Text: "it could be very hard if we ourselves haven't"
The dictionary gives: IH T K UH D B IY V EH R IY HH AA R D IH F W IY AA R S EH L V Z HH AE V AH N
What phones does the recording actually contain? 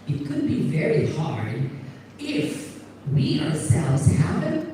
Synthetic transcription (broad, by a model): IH T K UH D B IY V EH R IY HH AA R D IH F W IY AA R S EH L V Z HH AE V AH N